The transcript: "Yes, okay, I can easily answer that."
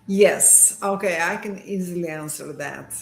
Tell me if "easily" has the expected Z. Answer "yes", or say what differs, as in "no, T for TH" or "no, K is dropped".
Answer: yes